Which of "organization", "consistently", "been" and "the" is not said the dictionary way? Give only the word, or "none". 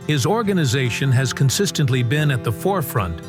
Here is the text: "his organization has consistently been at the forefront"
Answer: none